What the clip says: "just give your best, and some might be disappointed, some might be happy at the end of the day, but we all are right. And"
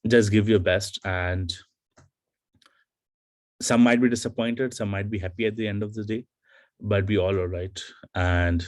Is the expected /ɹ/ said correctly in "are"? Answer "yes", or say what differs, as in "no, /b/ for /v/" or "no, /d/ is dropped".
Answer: no, /l/ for /ɹ/